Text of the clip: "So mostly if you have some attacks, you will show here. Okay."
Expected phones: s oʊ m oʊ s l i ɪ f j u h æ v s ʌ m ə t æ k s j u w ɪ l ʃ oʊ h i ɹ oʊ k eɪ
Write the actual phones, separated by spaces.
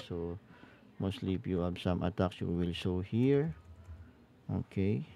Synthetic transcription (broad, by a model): s oʊ m oʊ s l i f j u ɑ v s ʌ m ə t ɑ k s j u w ɪ l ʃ oʊ h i ɹ oʊ k eɪ